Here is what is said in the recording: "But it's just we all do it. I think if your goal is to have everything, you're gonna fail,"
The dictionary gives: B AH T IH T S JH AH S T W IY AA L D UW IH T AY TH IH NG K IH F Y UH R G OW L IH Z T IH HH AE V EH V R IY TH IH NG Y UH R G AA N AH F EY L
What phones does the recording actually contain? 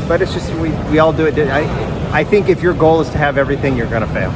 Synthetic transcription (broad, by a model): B AH T IH T S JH AH S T W IY AA L D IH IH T AY TH IH NG K IH F Y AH R G OW L IH Z T IH V EH V R IY TH IH NG Y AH R G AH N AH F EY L